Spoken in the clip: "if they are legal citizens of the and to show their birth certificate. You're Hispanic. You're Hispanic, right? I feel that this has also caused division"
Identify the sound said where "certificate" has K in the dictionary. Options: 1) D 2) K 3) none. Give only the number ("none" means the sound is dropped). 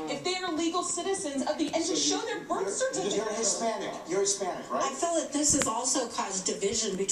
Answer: 3